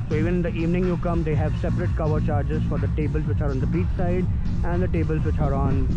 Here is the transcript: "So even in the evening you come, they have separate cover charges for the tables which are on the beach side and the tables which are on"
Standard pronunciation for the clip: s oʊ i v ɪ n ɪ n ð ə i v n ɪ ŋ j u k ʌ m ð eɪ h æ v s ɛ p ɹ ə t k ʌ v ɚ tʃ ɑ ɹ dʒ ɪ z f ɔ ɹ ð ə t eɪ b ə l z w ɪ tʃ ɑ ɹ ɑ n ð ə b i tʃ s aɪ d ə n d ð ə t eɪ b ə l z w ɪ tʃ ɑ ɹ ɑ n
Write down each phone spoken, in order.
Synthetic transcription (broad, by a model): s oʊ i v ɪ n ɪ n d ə i v n ɪ ŋ j u k ʌ m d eɪ h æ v s ɛ p ɹ ə t k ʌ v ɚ tʃ ɑ ɹ dʒ ɪ z f ɔ ɹ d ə t eɪ b ə l z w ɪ tʃ ɑ ɹ ɑ n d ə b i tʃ s aɪ d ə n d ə t eɪ b ə l z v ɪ tʃ ɑ ɹ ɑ n